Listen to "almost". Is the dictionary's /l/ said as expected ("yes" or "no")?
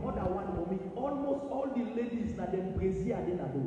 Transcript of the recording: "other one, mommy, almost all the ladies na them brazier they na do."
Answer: yes